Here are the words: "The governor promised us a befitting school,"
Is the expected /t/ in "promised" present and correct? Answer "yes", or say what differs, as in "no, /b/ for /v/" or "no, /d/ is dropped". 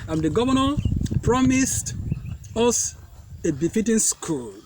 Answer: yes